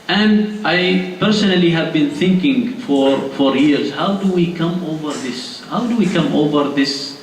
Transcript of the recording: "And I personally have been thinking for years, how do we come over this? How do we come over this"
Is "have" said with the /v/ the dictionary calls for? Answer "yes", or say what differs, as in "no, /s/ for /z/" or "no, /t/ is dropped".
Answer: yes